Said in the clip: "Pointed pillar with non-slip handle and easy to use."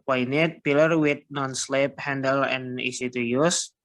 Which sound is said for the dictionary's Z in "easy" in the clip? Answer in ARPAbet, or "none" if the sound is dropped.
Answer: S